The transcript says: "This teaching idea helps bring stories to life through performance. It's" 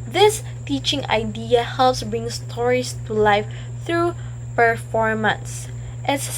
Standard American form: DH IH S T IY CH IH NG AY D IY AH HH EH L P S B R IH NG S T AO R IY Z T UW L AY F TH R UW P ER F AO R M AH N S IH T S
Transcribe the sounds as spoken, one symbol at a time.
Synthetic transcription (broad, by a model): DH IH S T IY CH IH NG AY D IY AH HH EH L P S B R IH NG S T AO R IY S T UW L AY F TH R UW P ER F AO R M AH N S T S